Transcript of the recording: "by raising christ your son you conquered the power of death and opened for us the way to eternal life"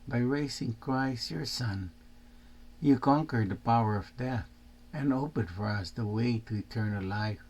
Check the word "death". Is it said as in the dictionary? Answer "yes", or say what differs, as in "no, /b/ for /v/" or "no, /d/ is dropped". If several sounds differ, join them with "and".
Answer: yes